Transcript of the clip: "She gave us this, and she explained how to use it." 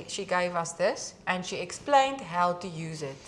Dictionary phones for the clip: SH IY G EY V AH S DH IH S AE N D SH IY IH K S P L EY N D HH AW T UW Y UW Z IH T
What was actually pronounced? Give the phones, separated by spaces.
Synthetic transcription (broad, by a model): SH IY G EY V AH S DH IH S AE N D SH IY IH K S P L EY N D HH AW T UW Y UW Z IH T